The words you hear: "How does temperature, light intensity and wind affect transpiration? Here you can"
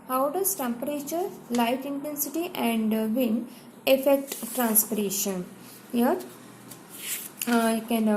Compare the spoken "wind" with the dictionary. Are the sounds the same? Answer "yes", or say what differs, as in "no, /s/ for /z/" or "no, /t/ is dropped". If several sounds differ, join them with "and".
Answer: no, /d/ is dropped